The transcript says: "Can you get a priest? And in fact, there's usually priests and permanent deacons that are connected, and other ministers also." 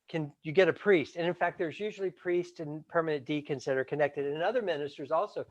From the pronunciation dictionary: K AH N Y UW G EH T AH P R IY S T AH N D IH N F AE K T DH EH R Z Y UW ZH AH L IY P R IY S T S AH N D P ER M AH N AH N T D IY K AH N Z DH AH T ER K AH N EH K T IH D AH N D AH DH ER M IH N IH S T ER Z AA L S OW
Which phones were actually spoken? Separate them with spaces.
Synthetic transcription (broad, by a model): K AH N Y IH G EH T AH P R IY S T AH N IH N F AE K T DH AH R Z Y UW ZH L IY P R IY S T AH N P ER M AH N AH N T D IY K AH N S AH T ER K AH N EH K T IH D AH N AH DH ER M IH N IH S T ER Z AA L S OW